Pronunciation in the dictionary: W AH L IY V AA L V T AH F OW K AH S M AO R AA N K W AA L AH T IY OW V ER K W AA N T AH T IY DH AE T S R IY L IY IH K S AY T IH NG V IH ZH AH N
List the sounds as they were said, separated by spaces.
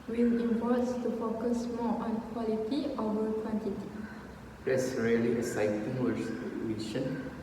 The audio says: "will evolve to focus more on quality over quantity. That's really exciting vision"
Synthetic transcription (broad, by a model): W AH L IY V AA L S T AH F OW K AH S M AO AA N K W AA L AH T IY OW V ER K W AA N T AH T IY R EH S R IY L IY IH S AY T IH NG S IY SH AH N